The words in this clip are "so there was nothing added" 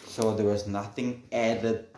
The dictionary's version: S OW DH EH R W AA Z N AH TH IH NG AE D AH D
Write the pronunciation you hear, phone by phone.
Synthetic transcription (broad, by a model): S OW DH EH W AA Z N AH TH IH NG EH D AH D